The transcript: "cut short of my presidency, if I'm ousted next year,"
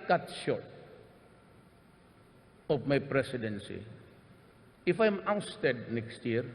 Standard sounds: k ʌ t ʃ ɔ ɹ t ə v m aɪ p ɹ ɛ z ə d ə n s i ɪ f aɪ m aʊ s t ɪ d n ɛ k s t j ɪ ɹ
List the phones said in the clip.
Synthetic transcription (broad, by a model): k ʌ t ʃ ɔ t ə p m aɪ p ɹ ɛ s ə d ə n s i ɪ f aɪ m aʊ s t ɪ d n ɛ k s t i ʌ ɹ